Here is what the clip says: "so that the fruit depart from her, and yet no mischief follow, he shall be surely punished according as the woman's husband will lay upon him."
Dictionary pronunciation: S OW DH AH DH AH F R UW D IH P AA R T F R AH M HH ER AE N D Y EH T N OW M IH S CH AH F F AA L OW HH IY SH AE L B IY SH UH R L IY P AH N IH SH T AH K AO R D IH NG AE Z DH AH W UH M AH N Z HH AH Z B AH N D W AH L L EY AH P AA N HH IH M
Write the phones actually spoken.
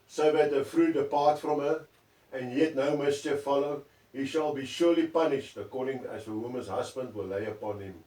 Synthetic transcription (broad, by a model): S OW DH AH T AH F R UW D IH P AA T F R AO M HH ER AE N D Y EH T N OW M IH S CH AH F F AA L OW HH IY SH AE L B IY SH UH L IY P AH N IH SH T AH K AO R D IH NG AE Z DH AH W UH M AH N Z HH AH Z B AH N D W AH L L EY AH P AA N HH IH M